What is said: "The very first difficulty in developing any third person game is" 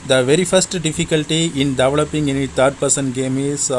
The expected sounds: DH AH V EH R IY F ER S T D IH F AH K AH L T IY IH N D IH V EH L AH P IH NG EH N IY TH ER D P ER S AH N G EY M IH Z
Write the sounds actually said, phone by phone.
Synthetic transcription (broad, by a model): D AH V EH R IY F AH S T D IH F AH K AH L T IY IH N D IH V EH L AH P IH NG EH N IY T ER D P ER S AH N G EY M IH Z